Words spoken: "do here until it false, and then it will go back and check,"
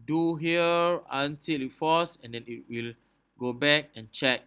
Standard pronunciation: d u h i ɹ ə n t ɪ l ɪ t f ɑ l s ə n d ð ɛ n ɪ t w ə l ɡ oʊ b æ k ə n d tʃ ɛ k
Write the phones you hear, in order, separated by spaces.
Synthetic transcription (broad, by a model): d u h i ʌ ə n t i l ɪ t f ɑ s ə n d ɛ n ɪ t w ə l ɡ oʊ b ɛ k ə n tʃ ɛ k